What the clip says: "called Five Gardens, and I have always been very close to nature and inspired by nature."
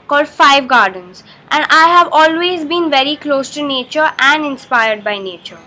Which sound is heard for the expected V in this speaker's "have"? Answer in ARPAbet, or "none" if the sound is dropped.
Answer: V